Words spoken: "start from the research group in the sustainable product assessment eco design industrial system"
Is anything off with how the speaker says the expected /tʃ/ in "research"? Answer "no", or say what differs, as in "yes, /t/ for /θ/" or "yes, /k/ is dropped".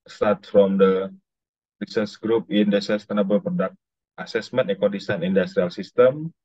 yes, /s/ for /tʃ/